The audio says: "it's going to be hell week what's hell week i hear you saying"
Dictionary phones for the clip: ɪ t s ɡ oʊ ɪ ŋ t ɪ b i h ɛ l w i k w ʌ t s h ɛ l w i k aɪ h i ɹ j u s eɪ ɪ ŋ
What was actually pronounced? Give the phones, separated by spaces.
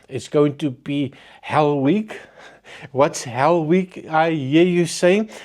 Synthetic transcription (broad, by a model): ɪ t s ɡ oʊ ɪ ŋ t ɪ b i h ɛ l w i k w ʌ t s h ɛ l w i k aɪ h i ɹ j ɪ s eɪ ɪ ŋ